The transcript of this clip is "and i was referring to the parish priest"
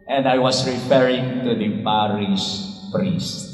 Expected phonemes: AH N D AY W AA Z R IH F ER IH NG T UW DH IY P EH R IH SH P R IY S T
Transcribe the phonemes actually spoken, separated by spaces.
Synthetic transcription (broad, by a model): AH N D AY W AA S R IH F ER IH NG T UW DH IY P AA R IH S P R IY S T